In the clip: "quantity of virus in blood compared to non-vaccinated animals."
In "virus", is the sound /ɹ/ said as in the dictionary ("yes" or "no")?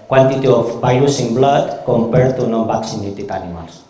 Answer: no